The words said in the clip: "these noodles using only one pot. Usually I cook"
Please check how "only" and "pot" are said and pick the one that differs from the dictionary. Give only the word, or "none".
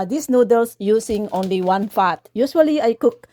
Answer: pot